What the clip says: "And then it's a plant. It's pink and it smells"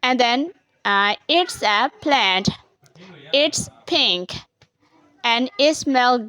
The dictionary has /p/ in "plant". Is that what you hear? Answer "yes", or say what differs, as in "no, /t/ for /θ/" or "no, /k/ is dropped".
yes